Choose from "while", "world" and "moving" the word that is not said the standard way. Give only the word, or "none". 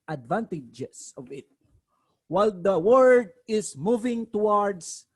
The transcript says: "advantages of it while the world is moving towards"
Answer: world